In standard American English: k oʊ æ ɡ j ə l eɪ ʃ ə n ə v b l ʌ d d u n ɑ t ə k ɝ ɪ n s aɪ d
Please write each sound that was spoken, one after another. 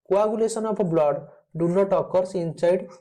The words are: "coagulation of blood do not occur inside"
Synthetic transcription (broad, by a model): k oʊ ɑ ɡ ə l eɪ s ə n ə p b l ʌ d d u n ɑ t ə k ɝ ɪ n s aɪ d